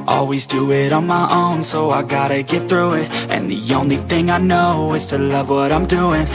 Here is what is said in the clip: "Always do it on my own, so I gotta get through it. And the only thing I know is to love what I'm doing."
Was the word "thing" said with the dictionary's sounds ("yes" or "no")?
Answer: yes